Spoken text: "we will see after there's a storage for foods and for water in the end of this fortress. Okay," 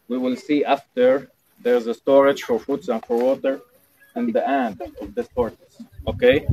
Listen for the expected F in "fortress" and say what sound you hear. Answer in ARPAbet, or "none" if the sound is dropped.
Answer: P